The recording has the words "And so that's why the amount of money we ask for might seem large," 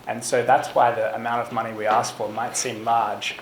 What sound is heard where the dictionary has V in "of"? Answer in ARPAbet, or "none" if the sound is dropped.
V